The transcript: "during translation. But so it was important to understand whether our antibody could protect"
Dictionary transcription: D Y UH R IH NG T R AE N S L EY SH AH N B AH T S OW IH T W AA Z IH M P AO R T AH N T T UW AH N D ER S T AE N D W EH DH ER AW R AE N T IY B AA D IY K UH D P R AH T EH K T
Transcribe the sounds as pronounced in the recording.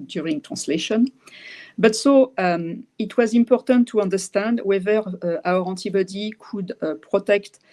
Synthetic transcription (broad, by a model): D Y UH R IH NG T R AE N S L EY SH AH N B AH T S OW IH T W AA Z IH M P AO R T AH N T T UW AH N D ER S T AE N D W EH DH ER AW R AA T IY B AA D IY K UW D P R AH T EH K T